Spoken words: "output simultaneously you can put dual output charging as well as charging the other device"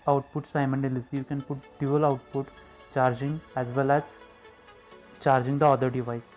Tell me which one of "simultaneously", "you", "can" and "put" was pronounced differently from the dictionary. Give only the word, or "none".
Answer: simultaneously